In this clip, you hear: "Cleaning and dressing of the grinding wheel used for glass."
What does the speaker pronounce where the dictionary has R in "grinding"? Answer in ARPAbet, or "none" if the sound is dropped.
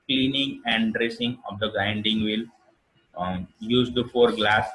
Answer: none